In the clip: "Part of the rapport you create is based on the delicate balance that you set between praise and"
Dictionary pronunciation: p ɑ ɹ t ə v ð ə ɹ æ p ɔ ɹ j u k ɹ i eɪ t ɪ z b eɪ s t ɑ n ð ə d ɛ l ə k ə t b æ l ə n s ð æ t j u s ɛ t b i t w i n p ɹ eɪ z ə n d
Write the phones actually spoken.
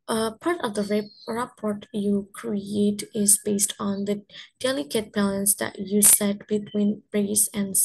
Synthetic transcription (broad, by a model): p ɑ ɹ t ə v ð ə ɹ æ p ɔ ɹ j u k ɹ i eɪ t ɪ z b eɪ s t ɑ n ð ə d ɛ l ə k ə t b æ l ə n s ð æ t j u s ɛ t b i t w i n b ɹ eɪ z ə n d